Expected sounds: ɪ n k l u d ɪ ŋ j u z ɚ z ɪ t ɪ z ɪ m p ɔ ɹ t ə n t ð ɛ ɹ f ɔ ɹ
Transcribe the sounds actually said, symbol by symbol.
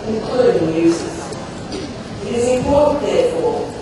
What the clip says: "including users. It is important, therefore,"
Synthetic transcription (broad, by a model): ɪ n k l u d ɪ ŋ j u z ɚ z ɪ t ɪ z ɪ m f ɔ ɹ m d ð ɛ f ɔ